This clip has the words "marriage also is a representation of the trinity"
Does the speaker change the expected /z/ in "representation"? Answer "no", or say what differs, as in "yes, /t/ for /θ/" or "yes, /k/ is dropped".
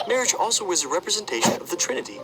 no